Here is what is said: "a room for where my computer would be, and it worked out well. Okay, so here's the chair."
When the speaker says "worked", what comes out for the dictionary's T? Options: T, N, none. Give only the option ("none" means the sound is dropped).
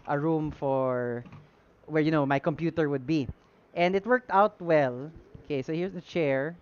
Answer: T